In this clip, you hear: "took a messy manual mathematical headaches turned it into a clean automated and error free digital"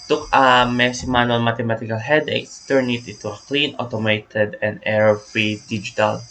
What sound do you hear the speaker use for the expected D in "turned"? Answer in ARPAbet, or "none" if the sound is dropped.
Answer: none